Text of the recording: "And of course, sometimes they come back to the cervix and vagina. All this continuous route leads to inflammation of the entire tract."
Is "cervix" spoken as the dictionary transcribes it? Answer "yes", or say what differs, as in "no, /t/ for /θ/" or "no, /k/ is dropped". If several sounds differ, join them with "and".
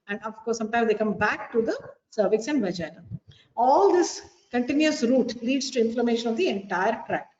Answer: yes